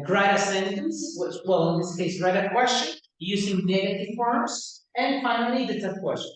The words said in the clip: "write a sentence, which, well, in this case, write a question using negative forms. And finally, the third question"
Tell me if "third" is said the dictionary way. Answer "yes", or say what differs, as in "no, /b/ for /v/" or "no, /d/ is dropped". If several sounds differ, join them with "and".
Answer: no, /t/ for /θ/